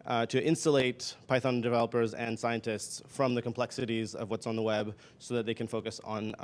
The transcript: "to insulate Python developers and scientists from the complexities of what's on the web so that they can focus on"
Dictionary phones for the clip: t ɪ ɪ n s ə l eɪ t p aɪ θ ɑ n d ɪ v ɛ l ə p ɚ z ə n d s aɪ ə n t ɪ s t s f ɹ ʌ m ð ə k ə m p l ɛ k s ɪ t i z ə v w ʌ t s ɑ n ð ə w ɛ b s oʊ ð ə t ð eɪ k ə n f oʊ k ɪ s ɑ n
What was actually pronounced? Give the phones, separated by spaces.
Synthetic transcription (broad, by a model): t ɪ ɪ n s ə l eɪ t p aɪ θ ɑ n d ɪ v ɛ l ə p ɚ z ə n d s aɪ ə n t ɪ s t s f ɹ ʌ m ð ə k ə m p l ɛ k s ɪ t i z ə v w ʌ t s n ð ə w ɛ b s oʊ ð ə t ð eɪ k ə n f oʊ k ɪ s n